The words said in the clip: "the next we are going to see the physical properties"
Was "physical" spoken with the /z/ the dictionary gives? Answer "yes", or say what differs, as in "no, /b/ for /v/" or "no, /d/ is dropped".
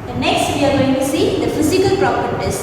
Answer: no, /s/ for /z/